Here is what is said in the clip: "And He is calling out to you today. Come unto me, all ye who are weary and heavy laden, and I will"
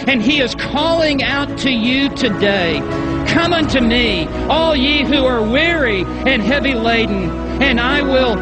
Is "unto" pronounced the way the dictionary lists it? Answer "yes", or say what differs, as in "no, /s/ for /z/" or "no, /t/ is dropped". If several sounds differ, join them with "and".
yes